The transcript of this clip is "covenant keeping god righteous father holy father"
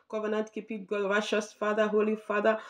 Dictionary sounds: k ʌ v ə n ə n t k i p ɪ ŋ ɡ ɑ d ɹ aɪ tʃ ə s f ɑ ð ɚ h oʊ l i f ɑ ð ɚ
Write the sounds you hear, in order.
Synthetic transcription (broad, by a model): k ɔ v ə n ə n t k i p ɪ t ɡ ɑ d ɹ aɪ ʃ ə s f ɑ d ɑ h oʊ l i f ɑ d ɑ